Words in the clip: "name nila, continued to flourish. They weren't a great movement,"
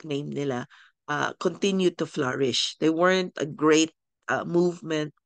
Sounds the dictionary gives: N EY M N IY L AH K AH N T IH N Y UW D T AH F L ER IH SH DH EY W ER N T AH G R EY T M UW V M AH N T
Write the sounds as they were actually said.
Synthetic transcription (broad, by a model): N EY M N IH L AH K AH N T IH N Y UW D T AH F L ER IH SH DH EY W ER N T AH G R EY T M UW V M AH N T